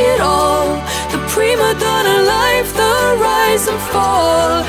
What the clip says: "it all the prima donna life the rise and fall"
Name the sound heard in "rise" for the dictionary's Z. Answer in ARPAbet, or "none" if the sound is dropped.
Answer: Z